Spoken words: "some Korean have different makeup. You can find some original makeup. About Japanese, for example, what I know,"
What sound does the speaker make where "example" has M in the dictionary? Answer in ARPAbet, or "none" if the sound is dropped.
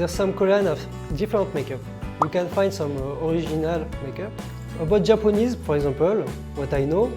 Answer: none